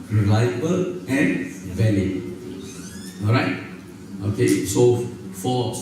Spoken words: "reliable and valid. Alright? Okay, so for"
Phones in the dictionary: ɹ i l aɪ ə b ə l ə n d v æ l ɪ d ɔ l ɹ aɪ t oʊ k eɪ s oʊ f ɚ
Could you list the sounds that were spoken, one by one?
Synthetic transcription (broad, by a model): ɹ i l aɪ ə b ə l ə n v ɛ n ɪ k ɔ l ɹ aɪ t oʊ k eɪ s oʊ f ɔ